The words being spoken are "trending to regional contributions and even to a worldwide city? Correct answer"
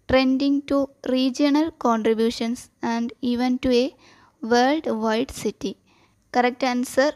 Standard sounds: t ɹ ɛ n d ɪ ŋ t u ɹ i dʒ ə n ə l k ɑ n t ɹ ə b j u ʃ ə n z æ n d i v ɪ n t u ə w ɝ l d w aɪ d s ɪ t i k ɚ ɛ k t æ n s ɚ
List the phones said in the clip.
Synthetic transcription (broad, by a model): t ɹ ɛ n d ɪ ŋ t u ɹ i dʒ ə n ə l k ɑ n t ɹ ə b j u ʃ ə n s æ n d i v ɪ n t u ə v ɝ l d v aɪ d s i t i k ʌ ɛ k t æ n s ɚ